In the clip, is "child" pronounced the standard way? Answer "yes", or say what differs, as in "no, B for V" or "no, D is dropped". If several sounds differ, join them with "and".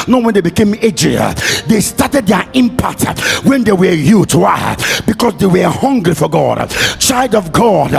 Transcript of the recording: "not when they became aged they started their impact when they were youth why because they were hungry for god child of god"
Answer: yes